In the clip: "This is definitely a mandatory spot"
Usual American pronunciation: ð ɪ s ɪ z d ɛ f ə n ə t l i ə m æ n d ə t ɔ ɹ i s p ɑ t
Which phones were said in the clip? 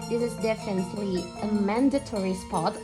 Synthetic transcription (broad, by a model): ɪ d ɪ z d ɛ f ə n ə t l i ə m æ n d ə t ɔ ɹ i s p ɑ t